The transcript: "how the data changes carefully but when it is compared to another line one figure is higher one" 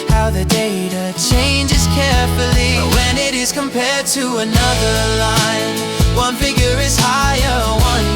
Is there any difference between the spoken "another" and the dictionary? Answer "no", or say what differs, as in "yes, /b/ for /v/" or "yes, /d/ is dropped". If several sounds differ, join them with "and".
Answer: no